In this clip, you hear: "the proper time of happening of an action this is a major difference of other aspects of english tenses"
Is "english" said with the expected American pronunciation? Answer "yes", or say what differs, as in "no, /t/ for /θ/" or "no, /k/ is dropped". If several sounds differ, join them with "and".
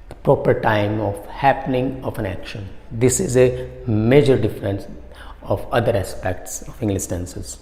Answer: no, /s/ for /ʃ/